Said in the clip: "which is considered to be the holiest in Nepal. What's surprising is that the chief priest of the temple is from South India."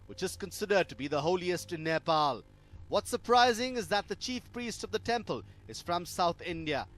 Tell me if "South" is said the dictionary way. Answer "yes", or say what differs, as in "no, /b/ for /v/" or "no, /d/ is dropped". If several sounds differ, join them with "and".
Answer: yes